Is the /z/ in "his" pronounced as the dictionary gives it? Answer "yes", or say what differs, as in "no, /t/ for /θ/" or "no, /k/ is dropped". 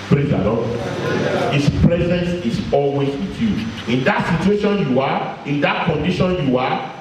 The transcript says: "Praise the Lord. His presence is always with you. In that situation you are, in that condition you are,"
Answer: no, /s/ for /z/